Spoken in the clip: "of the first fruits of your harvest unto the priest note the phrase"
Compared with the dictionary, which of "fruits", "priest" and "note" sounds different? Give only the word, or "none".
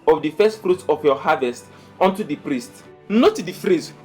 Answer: fruits